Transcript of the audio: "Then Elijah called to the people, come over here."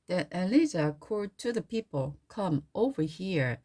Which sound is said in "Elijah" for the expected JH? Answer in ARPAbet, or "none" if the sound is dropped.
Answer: Z